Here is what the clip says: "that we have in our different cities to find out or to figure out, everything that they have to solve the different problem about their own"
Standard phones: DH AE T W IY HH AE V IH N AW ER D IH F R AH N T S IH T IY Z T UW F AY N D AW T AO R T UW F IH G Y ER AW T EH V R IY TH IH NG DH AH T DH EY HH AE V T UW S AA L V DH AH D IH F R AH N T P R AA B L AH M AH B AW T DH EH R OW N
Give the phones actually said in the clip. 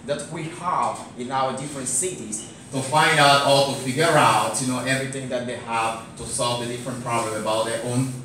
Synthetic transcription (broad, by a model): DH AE T W IY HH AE V IH N AW ER D IH F R AH N T S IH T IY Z T UW F AY N D AW T AO L T UW F IH G Y ER AW T EH V R IY TH IH NG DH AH T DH EY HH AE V T UW S AA L V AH D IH F R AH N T P R AA B L AH M AH B AW T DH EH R OW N